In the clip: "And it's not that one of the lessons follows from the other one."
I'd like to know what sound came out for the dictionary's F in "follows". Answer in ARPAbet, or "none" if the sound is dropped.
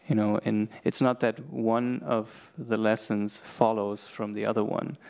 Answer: F